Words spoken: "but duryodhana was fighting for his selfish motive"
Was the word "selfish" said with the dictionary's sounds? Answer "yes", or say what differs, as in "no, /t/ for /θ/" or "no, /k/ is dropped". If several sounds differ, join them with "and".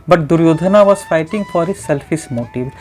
no, /s/ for /ʃ/